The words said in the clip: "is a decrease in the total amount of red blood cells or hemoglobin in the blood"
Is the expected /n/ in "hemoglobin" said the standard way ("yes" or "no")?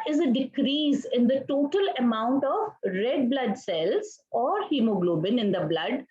yes